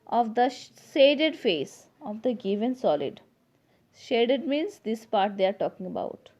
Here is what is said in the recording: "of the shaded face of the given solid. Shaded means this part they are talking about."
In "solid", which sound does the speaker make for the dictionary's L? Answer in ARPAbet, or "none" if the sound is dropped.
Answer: L